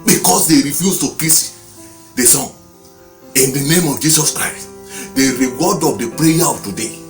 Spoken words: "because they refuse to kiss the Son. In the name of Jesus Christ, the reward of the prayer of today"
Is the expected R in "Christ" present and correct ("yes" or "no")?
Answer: yes